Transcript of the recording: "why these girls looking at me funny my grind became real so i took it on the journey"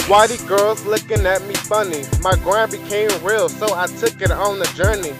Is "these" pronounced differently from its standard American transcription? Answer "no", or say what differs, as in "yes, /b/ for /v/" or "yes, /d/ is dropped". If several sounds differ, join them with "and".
yes, /z/ is dropped